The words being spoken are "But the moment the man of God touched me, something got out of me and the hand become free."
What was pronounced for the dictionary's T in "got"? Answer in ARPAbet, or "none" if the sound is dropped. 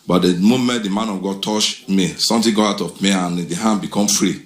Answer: none